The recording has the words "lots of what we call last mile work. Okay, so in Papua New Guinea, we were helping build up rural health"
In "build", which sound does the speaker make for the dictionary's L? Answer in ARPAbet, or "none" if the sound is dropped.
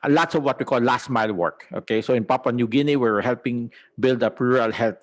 L